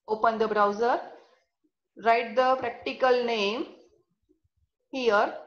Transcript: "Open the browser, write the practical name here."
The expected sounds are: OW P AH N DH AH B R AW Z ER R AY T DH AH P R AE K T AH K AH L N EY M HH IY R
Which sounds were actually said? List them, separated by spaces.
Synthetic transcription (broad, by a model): OW P AH N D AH B R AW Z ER R AY T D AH P R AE K T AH K AH L N EY M HH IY R